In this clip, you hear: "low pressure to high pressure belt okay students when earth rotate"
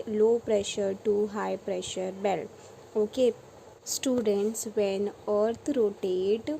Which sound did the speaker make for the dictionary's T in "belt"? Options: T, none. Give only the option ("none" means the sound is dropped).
none